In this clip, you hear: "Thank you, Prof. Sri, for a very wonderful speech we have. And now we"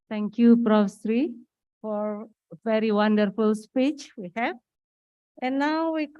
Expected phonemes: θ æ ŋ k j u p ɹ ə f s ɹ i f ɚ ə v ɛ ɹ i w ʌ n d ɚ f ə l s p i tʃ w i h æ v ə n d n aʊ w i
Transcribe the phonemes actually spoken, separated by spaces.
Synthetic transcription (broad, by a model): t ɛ ŋ k j u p ɹ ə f s ɹ i f ə v ɛ ɹ i w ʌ n d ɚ f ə l s p i tʃ w i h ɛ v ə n n aʊ w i